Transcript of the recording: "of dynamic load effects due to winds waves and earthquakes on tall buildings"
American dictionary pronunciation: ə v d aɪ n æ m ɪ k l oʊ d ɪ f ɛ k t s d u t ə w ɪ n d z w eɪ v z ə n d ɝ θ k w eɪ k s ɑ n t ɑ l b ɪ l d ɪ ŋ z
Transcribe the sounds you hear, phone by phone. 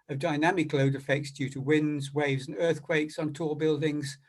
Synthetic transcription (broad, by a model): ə v d aɪ n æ m ɪ k l oʊ d ɪ f ɛ k t s d u t ə w ɪ n d z w eɪ v z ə n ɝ θ k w eɪ k s n t ɑ b ɪ l d ɪ ŋ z